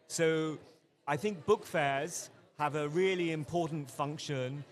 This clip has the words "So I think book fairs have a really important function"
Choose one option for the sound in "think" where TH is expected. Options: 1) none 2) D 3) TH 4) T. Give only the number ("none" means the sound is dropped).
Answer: 3